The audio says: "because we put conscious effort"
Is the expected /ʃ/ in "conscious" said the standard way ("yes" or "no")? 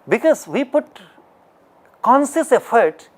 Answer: no